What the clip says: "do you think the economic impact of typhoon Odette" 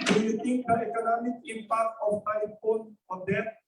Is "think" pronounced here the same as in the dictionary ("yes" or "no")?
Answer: no